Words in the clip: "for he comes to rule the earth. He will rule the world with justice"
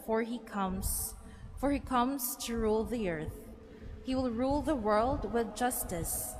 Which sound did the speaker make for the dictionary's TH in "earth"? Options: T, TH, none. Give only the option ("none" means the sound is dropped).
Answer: TH